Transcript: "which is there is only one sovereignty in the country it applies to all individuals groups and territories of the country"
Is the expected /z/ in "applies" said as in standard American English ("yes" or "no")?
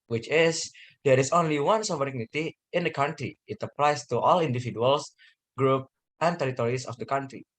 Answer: no